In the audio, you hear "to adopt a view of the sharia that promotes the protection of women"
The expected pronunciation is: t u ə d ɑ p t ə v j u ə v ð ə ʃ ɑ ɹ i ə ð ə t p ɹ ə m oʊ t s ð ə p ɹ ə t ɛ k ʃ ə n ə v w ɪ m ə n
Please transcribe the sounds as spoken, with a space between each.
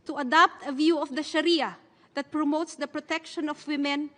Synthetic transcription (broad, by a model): t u ə d ɑ p t ə v j u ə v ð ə ʃ ɑ ɹ i ə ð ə t p ɹ ə m oʊ t s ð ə p ɹ ə t ɛ k ʃ ə n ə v w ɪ m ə n